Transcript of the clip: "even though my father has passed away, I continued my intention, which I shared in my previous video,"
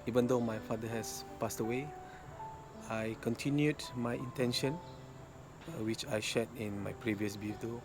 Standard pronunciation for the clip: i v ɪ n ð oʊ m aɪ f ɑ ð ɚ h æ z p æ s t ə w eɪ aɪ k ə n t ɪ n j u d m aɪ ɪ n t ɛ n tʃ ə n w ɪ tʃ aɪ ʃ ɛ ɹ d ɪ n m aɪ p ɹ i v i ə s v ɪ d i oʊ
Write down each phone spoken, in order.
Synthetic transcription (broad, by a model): i v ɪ n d oʊ m aɪ f ɑ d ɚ h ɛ s p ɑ s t ə w eɪ aɪ k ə n t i n j u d m aɪ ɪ n t ɛ n ʃ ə n w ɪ tʃ aɪ ʃ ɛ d ɪ n m aɪ p ɹ i v i ə s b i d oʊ